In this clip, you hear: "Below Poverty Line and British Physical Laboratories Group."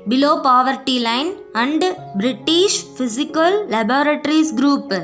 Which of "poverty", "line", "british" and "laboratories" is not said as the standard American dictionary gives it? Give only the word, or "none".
laboratories